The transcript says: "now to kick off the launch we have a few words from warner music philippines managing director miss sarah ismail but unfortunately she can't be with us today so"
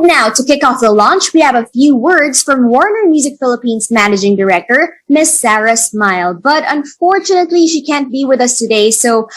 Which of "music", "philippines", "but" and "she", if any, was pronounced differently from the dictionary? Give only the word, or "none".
none